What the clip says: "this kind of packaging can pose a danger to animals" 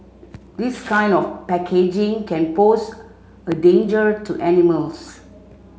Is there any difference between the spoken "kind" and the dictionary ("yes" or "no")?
no